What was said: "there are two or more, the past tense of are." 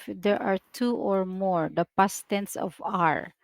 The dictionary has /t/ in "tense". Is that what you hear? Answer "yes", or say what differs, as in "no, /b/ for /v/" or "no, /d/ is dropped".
yes